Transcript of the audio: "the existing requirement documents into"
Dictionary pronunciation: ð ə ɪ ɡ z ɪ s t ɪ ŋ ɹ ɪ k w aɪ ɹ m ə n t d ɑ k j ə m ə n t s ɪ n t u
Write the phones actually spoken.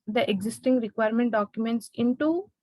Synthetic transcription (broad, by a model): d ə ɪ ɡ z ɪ s t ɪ ŋ ɹ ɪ k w aɪ ɹ m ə n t d ɑ k j ə m ə n t s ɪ n t u